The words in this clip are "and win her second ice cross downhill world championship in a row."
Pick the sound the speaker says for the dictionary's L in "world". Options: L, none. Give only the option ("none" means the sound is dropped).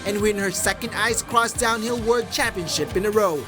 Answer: none